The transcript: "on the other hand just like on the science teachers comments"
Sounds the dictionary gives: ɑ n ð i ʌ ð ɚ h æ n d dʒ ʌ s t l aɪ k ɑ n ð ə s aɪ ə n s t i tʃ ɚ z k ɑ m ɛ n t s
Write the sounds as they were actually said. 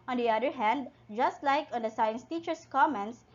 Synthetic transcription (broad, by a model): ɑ n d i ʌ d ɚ h æ n d dʒ ʌ s t l aɪ k ɑ n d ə s aɪ ə n s t i tʃ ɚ s k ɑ m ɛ n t s